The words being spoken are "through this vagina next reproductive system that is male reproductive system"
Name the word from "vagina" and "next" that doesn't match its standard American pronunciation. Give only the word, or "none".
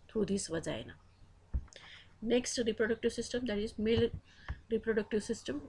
vagina